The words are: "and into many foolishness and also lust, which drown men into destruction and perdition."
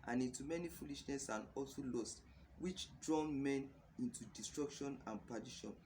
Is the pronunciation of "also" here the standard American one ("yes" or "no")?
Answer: yes